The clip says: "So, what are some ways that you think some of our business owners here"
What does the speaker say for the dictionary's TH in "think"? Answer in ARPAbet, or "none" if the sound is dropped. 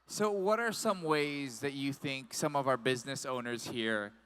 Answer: TH